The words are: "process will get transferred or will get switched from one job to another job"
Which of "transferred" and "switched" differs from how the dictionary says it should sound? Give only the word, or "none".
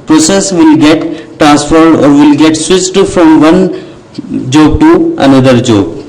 switched